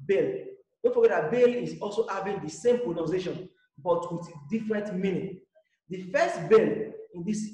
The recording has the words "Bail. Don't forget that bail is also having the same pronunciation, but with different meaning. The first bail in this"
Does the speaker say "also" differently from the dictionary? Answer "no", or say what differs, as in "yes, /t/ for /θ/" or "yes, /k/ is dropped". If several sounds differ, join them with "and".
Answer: no